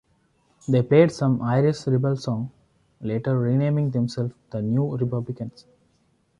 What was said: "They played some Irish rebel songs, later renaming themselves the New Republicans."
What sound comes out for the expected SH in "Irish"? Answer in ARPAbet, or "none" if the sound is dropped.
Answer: S